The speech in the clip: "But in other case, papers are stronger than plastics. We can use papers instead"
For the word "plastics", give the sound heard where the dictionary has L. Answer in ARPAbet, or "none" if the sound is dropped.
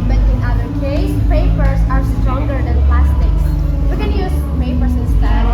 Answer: L